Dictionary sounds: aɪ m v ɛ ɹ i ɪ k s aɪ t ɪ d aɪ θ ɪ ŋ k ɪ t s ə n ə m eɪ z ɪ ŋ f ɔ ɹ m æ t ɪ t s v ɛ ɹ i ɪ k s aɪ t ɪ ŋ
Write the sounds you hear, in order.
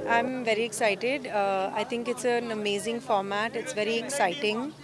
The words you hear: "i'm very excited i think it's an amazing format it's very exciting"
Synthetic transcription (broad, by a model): aɪ m v ɛ ɹ i ɪ k s aɪ t ɪ d aɪ t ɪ ŋ k ɪ t s ə n ə m eɪ z ɪ ŋ f ɔ ɹ m æ t ɪ t s v ɛ ɹ i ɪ k s aɪ t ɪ ŋ